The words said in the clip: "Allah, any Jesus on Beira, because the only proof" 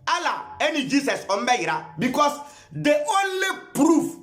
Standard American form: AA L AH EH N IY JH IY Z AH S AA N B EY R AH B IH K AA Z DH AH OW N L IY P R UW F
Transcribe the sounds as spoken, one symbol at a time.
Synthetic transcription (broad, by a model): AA L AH EH N IY JH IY S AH S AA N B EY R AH B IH K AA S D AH OW N L IY P R UW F